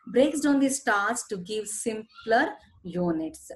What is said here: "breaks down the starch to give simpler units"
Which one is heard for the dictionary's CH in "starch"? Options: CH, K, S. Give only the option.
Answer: S